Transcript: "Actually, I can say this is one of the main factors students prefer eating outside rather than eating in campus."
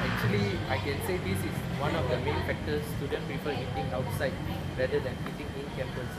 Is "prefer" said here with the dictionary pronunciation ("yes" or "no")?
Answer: no